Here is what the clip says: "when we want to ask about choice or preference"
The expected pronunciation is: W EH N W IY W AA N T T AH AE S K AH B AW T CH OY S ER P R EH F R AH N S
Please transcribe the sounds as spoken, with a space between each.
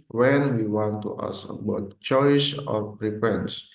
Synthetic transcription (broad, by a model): W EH N W IY W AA N T T AH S AH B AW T CH OY S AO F R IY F R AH N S